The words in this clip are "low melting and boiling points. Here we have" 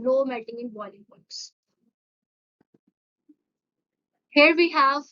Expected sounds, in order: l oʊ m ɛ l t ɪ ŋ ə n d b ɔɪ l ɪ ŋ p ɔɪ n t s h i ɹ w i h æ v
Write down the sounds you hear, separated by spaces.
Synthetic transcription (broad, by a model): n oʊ m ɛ t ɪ ŋ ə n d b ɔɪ l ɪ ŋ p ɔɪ t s h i ɹ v i h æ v